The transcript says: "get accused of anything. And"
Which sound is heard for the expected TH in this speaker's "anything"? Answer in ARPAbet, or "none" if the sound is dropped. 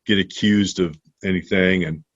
TH